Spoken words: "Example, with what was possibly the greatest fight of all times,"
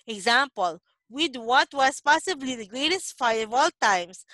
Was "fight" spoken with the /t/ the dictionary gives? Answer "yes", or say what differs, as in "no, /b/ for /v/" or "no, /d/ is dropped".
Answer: no, /t/ is dropped